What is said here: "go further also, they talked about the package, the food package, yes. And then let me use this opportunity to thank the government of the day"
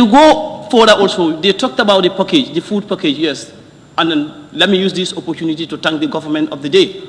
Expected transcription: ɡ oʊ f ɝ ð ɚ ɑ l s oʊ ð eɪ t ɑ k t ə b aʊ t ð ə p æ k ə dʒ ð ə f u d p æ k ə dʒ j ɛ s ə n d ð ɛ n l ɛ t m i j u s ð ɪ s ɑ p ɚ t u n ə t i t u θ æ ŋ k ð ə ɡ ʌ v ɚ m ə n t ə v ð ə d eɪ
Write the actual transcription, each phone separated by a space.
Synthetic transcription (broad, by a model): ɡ oʊ f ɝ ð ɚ ɑ l s oʊ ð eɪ t ɑ k t ə b aʊ t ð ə p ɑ k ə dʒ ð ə f u d p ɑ k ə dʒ j ɛ s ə n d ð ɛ n l ɛ t m i j u s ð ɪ s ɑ p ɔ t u n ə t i t u t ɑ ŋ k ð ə ɡ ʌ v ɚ m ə n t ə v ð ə d eɪ